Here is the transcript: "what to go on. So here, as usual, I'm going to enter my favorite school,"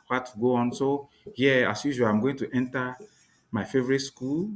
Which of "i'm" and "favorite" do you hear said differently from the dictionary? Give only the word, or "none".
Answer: none